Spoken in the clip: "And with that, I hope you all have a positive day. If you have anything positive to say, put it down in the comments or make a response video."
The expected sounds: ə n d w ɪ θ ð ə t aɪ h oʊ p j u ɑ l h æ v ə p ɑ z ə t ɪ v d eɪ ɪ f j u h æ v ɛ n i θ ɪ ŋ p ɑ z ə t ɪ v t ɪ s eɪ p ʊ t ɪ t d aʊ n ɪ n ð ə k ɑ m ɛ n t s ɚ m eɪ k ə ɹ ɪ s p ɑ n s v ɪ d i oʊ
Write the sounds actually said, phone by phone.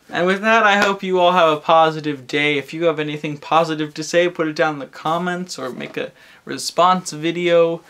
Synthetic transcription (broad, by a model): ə n w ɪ ð ə t aɪ h oʊ p j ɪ ɑ l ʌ v ə p ɑ z ə t ɪ v d eɪ ɪ f j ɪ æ v ɛ n i θ ɪ ŋ p ɑ z ə t ɪ v t ɪ s eɪ p ʊ t ɪ t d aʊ ɪ n ð ə k ɑ m ɛ n t s ɚ m eɪ k ə ɹ ɪ s p ɑ n s v ɪ d i oʊ